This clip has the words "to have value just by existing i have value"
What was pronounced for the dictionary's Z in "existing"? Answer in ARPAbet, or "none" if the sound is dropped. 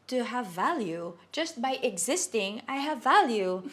Z